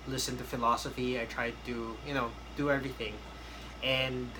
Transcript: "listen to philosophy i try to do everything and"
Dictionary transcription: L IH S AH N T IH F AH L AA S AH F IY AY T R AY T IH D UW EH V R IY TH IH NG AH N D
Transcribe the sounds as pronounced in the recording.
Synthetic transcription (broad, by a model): L IH S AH N T IH F AH L AA S AH F IY AY T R AY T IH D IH EH V R IY TH IH NG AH N